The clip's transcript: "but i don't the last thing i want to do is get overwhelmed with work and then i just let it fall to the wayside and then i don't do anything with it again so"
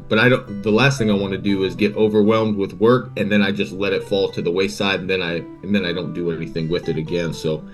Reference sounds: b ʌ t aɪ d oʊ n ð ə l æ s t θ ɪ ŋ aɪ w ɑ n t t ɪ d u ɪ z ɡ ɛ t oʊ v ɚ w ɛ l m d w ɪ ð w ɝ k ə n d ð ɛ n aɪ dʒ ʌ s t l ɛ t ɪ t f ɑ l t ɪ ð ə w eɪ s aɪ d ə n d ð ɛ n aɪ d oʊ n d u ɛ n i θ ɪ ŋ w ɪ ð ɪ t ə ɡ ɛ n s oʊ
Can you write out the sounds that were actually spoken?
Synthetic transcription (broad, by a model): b ʌ t aɪ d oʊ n ð ə l æ s t θ ɪ ŋ aɪ w ɑ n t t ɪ d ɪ ɪ z ɡ ɛ t oʊ v ɚ w ɛ l m d w ɪ ð w ɝ k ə n ð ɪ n aɪ dʒ ʌ s t l ɛ t ɪ t f ɑ l t ɪ ð ə w eɪ s aɪ d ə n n ð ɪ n aɪ d oʊ n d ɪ ɛ n i θ ɪ ŋ w ɪ ð ɪ t ə ɡ ɛ n s oʊ